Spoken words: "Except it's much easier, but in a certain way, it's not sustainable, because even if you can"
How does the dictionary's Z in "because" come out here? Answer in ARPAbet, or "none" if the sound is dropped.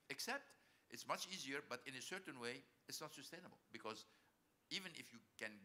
Z